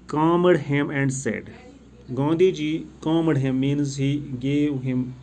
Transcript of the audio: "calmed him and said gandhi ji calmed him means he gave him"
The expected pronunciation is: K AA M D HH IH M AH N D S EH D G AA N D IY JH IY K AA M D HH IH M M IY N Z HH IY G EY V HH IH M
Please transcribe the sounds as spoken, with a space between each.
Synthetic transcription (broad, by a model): K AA M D HH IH M AH N D S EH D G AA N D IY JH IY K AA M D HH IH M M IY N Z HH IY G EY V HH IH M